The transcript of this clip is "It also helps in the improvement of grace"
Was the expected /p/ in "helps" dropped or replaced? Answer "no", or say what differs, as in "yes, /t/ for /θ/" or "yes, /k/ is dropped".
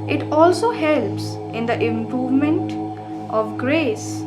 no